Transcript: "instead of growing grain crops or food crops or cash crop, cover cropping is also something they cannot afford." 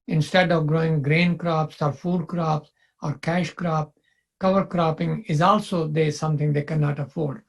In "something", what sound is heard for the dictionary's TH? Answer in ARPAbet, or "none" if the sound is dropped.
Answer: T